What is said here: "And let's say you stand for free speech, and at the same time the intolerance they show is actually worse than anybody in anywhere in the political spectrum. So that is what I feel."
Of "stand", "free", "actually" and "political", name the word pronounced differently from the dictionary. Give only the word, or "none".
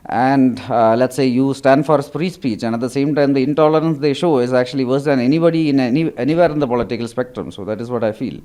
free